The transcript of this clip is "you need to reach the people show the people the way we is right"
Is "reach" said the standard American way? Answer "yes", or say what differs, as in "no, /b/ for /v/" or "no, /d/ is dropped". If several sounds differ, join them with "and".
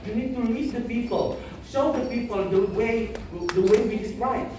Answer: no, /l/ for /ɹ/